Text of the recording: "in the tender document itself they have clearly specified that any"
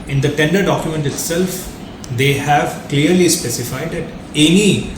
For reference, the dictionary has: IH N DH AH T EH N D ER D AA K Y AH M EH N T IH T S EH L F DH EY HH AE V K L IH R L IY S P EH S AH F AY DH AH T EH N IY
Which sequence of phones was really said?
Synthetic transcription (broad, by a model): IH N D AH T EH N D ER D AA K Y AH M EH N T IH T S EH L F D EY HH AE V K L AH R L IY S P EH S AH F AY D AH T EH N IY